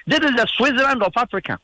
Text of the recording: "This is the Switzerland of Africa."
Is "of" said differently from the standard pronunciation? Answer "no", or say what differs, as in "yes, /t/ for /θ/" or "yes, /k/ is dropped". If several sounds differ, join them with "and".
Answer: yes, /p/ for /v/